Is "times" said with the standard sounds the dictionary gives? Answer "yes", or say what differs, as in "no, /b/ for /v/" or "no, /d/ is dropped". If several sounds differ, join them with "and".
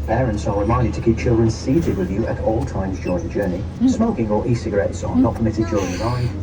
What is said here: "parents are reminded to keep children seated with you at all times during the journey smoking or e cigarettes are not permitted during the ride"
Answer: yes